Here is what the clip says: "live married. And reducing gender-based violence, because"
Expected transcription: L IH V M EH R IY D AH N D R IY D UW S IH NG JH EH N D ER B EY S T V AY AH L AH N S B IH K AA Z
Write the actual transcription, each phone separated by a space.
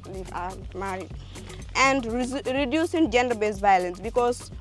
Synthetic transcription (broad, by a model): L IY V M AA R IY AH N D R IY D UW S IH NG JH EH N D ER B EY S V AY AH L AH N S B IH K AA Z